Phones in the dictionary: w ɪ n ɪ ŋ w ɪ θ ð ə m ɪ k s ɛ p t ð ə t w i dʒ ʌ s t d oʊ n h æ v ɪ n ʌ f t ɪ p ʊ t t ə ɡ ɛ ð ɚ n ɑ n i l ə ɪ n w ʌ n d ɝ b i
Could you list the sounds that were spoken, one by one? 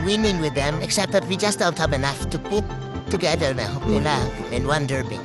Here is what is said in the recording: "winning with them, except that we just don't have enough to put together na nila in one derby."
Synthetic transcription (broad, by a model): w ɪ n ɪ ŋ w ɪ ð ə m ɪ k s ɛ p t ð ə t w i dʒ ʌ s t d oʊ n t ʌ p ɪ n ʌ f t ɪ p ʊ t t ə ɡ ɛ ð ɚ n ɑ l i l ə ɪ n w ʌ n d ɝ b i